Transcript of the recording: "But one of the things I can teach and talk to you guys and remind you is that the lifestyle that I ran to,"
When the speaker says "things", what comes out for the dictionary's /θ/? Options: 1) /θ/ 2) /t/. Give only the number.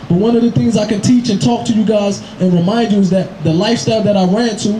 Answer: 1